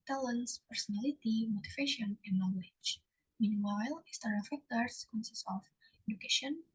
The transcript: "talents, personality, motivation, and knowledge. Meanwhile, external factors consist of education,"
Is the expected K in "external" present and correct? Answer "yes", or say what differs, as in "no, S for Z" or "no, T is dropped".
no, K is dropped